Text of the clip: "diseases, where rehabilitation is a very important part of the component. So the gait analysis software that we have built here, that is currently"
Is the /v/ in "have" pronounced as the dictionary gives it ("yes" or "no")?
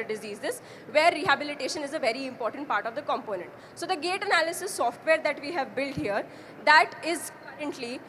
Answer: yes